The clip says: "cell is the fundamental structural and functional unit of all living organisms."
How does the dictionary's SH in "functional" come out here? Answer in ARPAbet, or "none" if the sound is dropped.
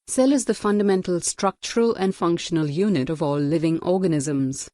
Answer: SH